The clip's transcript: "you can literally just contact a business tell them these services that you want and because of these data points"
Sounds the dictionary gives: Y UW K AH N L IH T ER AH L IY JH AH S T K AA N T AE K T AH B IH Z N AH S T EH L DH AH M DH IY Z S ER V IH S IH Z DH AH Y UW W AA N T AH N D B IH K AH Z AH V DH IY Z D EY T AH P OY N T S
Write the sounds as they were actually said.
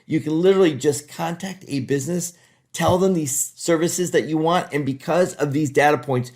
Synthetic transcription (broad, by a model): Y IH K AH N L IH T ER L IY JH AH S K AA N T AE K T AH B IH Z N AH S T EH L DH AH M DH IY Z S ER V IH S IH Z DH AH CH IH W AA N T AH N B IH K AH Z AH V DH IY Z D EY T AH P OY N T S